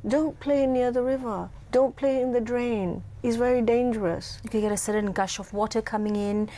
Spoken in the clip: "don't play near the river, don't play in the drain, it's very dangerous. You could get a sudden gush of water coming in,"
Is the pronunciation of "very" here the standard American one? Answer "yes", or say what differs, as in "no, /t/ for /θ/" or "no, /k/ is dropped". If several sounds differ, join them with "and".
yes